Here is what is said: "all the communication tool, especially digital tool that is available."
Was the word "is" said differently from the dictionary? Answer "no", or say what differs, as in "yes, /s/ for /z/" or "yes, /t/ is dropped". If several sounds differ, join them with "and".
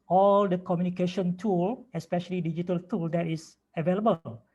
yes, /s/ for /z/